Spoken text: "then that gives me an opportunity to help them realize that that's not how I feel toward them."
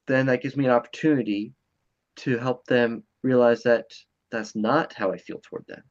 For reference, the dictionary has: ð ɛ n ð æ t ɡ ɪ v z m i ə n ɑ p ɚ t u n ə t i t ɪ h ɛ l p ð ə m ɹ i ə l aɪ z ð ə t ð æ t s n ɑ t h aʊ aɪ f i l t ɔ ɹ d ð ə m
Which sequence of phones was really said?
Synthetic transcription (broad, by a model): ð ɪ n ð æ t ɡ ɪ v z m i ə n ɑ p ɚ t u n ə t i t ɪ h ɛ l p ð ə m ɹ i ə l aɪ z ð ə t ð æ t s n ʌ t h aʊ aɪ f i l t ɔ ɹ d ð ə m